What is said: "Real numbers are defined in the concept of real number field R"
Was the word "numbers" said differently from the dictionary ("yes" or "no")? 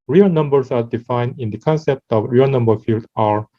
yes